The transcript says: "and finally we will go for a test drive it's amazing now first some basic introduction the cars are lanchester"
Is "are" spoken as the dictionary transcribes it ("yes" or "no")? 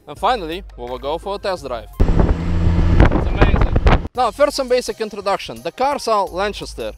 no